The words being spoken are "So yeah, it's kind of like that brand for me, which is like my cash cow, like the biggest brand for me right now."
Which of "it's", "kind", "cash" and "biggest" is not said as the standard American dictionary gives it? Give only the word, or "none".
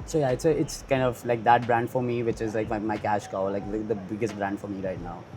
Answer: none